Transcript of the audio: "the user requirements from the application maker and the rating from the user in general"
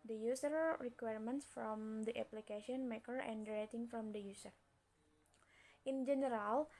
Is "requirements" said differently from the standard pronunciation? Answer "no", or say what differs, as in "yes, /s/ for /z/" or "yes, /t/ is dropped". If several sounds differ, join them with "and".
no